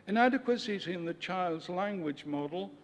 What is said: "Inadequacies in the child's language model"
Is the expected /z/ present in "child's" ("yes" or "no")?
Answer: yes